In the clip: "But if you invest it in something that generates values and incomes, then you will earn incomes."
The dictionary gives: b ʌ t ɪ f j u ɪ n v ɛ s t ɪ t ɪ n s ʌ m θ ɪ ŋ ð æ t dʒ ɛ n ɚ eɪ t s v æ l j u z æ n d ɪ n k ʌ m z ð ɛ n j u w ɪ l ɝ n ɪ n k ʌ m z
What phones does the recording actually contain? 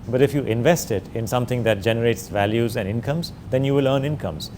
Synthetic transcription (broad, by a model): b ʌ t ɪ f j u ɪ n v ɛ s t ɪ t ɪ n s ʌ m t ɪ ŋ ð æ t dʒ ɛ n ɚ eɪ t s v æ l j u z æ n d ɪ n k ʌ m z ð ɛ n j u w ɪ l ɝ n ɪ n k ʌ m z